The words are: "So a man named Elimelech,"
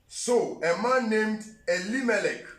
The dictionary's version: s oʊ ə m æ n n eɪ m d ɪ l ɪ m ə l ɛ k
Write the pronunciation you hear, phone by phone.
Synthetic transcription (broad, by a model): s oʊ ə m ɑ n n eɪ m d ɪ l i m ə l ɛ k